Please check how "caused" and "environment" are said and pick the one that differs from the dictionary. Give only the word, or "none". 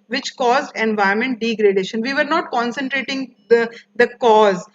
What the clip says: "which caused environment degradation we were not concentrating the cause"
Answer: environment